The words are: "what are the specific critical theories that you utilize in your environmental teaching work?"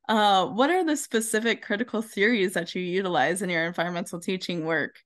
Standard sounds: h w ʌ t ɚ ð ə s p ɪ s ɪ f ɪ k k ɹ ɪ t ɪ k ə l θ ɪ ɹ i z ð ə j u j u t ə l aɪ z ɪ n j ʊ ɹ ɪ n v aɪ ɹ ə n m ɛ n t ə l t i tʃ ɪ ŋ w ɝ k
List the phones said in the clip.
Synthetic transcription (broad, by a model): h w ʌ t ɚ ð ə s p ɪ s ɪ f ɪ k k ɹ ɪ t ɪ k l θ ɪ ɹ i z ð ə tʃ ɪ j u t ə l aɪ z ɪ n j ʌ ɹ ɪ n v aɪ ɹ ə n m ɛ n t l t i tʃ ɪ ŋ w ɝ k